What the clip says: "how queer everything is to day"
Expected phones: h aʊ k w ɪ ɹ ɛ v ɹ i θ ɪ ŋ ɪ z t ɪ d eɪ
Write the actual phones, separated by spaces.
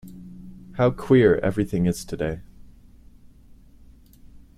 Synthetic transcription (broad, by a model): h aʊ k w ɪ ɹ ɛ v ɹ i θ ɪ ŋ ɪ z t ɪ d eɪ